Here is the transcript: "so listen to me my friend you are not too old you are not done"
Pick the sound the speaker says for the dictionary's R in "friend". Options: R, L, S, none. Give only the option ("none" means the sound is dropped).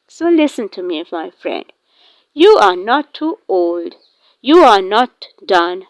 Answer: R